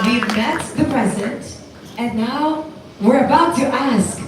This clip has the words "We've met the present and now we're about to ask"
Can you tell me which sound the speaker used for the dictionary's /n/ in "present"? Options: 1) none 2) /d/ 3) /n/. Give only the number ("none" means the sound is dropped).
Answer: 1